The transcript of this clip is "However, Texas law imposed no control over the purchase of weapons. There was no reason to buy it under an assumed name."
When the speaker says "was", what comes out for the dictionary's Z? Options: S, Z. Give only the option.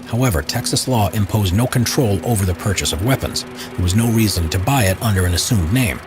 Z